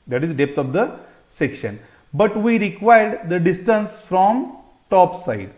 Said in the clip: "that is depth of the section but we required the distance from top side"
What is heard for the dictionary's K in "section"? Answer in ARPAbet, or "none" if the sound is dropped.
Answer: K